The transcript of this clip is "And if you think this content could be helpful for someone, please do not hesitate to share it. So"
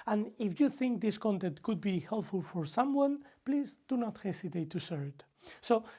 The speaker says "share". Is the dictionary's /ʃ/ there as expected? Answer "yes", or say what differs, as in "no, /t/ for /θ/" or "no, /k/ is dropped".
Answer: no, /s/ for /ʃ/